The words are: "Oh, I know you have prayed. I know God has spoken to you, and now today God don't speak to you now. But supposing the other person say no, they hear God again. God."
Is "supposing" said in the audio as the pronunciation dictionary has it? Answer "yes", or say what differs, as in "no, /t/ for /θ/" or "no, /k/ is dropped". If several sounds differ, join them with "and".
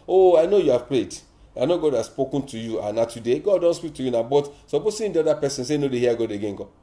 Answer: no, /s/ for /z/